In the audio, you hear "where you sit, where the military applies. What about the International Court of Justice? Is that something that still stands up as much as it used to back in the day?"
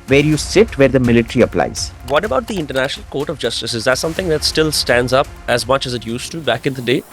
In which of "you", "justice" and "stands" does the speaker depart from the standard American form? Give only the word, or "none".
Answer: none